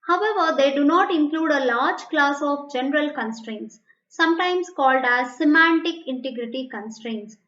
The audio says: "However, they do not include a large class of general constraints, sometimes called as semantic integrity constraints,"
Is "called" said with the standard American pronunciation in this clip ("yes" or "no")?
yes